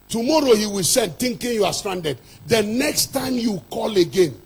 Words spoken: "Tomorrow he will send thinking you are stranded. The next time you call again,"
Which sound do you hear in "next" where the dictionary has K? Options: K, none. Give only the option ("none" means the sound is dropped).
K